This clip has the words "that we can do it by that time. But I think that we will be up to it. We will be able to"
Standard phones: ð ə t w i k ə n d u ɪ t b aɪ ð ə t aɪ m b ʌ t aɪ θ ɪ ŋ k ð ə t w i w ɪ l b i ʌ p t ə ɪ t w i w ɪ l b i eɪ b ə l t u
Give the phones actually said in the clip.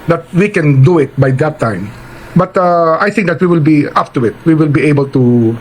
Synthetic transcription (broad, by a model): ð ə t w i k ə n d u ɪ t b aɪ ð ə t aɪ m b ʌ t aɪ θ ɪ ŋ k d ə t w i w ɪ l b i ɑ f t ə ɪ t w i w ɪ l b i eɪ b ə l t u